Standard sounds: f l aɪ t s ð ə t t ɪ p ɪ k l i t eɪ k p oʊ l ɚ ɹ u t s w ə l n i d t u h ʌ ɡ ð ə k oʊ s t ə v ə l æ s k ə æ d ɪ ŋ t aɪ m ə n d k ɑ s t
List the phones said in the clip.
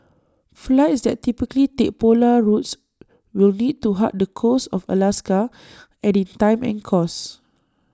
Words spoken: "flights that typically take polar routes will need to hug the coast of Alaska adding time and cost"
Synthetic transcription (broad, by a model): f l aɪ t s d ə t t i p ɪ k l i t eɪ k p oʊ l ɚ ɹ u t s w ə l n i d t u h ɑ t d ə k oʊ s ə f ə l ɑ s k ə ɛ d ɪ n t aɪ m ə n k ɑ s